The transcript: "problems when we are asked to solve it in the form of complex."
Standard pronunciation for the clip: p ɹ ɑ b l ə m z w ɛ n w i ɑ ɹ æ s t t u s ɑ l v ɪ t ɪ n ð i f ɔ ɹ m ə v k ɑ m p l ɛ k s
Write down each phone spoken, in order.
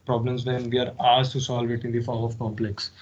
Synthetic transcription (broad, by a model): p ɹ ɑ b l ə m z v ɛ n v i ɑ ɹ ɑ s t t u s ɑ l v ɪ t ɪ n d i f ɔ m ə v k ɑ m p l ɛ k s